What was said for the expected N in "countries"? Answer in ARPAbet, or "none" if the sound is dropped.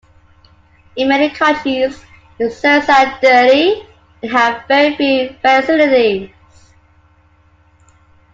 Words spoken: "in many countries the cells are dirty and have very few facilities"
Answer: none